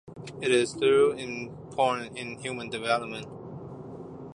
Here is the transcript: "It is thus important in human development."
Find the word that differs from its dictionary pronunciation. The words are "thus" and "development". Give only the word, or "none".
thus